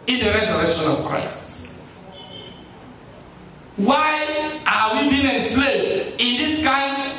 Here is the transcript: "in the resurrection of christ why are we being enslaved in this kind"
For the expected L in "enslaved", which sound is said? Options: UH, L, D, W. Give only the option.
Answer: W